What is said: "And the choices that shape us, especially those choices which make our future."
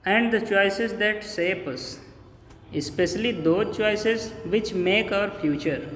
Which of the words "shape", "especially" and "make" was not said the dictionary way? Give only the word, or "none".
shape